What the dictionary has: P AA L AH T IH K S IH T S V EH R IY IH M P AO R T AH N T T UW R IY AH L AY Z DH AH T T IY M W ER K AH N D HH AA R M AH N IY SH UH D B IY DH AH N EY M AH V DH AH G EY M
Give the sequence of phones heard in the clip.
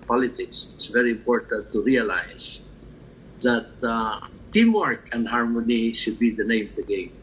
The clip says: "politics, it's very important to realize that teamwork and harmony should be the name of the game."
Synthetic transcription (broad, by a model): P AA L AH T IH K S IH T S V EH R IY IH M P AO R T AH N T T UW R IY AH L AY S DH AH T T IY M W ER K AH N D HH AA R M AH N IY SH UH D B IY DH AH N EY AH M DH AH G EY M